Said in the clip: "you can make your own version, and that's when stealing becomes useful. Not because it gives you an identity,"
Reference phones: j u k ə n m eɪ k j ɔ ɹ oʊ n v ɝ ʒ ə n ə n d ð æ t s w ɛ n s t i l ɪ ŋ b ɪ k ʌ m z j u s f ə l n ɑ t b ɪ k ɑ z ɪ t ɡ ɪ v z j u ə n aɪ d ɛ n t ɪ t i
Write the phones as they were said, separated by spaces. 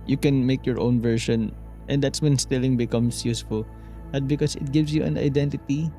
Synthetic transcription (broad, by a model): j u k ə n m eɪ k j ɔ ɹ oʊ n v ɝ ʃ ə n ə n d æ t s w ɛ n s t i l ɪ ŋ b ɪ k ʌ m s j u s f ə l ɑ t b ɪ k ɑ s ɪ t ɡ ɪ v s j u ə n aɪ d ɛ n t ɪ t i